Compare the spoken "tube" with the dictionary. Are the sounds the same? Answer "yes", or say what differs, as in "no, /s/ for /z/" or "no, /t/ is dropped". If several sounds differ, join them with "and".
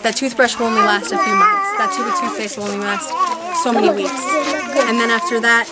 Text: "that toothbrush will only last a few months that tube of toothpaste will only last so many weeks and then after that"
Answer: no, /b/ is dropped